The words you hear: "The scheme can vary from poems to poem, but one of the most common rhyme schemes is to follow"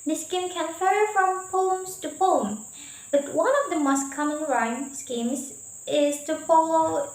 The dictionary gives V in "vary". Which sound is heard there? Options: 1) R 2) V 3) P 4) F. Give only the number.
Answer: 4